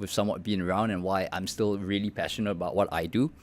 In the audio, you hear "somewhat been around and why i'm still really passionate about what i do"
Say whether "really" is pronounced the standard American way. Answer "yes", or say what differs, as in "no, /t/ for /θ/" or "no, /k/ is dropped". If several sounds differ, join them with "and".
yes